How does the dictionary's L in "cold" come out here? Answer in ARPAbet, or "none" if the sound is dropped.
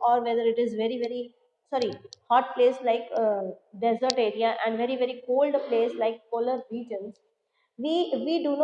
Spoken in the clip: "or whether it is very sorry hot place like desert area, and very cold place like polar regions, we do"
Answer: L